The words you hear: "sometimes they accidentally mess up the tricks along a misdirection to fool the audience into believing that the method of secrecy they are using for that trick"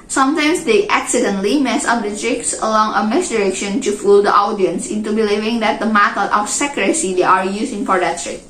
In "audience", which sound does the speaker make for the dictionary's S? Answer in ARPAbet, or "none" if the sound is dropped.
S